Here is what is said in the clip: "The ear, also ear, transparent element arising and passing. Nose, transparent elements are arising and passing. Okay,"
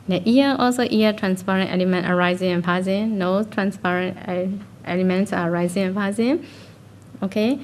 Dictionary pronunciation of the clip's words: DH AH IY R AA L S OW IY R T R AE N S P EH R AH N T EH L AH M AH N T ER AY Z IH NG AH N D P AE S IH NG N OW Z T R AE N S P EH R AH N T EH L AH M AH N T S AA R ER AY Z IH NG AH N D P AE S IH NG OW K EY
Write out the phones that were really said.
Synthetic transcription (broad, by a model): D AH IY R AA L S OW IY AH T R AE N S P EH R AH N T EH L AH M AH N T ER AY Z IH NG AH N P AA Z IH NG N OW T R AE N S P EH R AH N T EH L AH M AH N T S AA R AY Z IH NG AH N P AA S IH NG OW K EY